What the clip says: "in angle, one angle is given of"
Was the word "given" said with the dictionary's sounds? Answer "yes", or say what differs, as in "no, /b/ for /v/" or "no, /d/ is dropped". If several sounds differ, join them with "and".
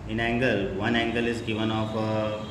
yes